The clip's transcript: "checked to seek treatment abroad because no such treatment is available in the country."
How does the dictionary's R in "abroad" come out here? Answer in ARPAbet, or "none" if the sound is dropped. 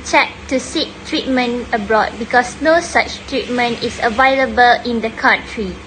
R